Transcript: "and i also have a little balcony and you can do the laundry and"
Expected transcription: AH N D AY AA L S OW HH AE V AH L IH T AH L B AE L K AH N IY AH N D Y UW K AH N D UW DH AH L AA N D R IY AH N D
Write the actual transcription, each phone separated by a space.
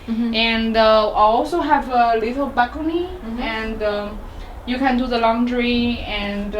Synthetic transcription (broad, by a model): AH N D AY AA L S OW HH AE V AH L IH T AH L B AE K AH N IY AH N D Y UW K AH N D UW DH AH L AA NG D R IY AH N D